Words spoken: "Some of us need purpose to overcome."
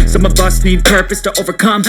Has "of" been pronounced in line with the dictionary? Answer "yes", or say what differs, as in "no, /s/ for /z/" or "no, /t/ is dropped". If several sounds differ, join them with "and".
no, /b/ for /v/